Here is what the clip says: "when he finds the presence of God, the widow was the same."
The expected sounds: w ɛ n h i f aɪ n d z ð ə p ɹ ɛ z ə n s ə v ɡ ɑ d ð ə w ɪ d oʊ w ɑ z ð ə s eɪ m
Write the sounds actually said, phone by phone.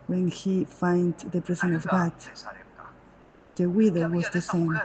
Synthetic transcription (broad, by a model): w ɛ n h i f aɪ n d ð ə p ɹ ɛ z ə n ə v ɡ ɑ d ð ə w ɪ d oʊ w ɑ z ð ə s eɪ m